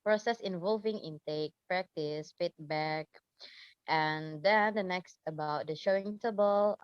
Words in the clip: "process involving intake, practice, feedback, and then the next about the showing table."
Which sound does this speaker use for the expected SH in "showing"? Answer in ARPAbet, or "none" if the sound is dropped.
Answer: SH